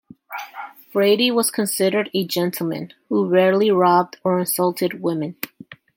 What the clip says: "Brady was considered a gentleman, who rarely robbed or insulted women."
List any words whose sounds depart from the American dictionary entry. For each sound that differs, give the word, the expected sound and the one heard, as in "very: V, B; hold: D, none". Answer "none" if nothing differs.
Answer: none